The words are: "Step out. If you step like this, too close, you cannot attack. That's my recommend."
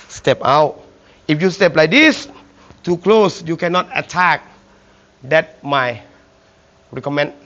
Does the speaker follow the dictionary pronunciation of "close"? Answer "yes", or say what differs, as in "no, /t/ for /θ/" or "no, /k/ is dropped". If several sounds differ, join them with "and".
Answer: yes